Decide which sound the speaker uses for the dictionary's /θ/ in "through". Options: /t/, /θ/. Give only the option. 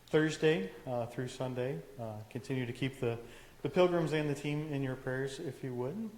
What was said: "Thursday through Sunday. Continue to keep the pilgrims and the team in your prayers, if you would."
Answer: /θ/